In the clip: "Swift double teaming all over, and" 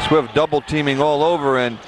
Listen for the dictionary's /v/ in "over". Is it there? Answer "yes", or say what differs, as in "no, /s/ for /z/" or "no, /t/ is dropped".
yes